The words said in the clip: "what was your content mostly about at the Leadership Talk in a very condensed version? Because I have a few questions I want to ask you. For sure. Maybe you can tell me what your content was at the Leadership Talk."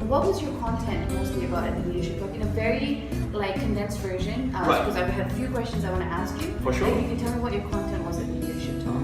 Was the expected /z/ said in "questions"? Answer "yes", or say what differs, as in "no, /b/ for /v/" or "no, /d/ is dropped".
yes